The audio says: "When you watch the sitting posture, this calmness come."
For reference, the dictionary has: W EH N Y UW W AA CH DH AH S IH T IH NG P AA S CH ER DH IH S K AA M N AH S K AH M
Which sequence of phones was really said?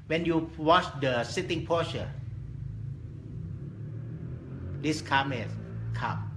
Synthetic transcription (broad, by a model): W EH N Y UW W AA CH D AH S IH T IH NG P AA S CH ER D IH S K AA M AH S K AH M